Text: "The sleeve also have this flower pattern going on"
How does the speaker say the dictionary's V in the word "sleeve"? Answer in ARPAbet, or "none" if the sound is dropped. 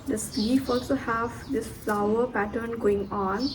F